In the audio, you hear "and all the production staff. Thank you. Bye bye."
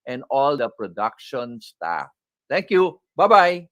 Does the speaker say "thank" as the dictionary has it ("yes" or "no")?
no